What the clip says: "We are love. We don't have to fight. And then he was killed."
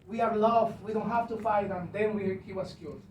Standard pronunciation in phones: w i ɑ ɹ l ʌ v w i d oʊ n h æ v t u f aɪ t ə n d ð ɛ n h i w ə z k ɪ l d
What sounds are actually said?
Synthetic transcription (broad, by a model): w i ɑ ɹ l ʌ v w i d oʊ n h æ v t u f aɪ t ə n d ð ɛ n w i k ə s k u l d